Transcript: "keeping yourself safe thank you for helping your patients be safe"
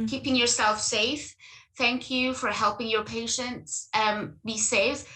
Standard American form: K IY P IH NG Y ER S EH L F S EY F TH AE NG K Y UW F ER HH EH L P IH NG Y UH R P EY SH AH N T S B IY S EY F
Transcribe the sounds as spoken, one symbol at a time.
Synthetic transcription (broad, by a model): K IY P IH NG Y ER S EH L F S EY F TH AE NG K Y UW F ER HH EH L P IH NG Y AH R P EY SH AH N T S B IY S EY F